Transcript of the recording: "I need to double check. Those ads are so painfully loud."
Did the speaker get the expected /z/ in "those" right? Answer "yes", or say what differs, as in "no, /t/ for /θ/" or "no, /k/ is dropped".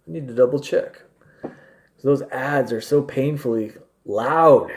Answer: yes